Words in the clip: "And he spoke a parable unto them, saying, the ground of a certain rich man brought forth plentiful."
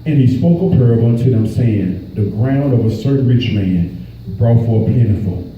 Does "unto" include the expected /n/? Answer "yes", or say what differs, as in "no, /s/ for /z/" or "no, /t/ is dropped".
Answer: yes